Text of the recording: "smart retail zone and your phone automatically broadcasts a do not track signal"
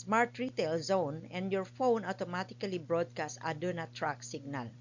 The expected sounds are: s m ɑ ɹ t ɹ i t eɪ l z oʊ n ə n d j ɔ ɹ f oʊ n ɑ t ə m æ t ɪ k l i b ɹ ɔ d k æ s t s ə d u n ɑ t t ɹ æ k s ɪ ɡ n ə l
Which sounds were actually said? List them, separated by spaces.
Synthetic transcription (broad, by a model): s m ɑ ɹ t ɹ i t eɪ l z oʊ n ə n d j ɔ ɹ f oʊ n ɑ t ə m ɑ t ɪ k l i b ɹ ɔ d k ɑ s t ə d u n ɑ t t ɹ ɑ k s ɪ ɡ n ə l